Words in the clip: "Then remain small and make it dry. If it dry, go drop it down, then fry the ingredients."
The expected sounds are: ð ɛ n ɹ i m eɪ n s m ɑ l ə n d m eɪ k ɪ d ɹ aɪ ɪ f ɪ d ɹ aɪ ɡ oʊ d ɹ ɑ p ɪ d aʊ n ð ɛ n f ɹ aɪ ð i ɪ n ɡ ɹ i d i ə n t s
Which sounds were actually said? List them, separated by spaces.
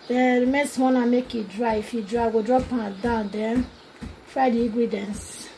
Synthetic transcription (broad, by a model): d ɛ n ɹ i m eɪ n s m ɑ n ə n m eɪ k ɪ d ɹ aɪ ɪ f ɪ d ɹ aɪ ɡ oʊ d ɹ ɑ p ɪ d aʊ n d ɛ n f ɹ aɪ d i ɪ ɡ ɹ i d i n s